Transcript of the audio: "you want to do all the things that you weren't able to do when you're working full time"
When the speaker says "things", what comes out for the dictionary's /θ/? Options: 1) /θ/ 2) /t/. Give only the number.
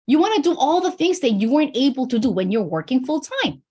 1